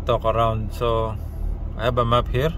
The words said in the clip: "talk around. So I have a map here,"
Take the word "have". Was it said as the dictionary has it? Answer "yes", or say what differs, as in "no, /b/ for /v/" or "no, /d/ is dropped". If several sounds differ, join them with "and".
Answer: no, /b/ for /v/